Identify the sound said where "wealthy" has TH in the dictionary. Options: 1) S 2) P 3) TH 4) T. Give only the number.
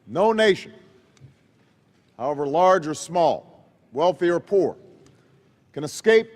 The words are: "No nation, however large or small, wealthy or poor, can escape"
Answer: 3